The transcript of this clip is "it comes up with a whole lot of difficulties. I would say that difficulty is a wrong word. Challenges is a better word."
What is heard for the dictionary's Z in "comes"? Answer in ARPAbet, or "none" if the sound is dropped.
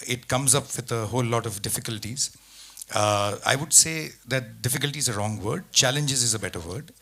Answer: Z